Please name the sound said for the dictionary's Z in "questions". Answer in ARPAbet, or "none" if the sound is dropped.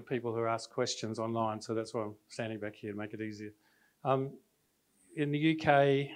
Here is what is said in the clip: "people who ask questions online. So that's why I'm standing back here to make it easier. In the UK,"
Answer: Z